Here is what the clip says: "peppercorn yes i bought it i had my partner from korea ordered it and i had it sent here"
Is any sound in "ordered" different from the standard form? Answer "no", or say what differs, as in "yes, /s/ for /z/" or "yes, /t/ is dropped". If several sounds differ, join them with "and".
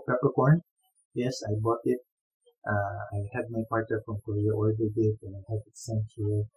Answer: yes, /l/ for /ɹ/